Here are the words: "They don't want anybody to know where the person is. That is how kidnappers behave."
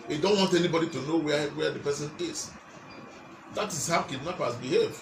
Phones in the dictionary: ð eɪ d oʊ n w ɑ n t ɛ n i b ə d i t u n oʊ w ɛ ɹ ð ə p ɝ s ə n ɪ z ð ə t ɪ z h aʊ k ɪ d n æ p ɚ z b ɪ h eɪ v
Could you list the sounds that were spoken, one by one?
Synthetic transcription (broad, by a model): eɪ d oʊ n w ɑ n t ɛ n i b ə d i t u n oʊ w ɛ w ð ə p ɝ s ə n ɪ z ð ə t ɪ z h aʊ k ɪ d n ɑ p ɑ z b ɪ h eɪ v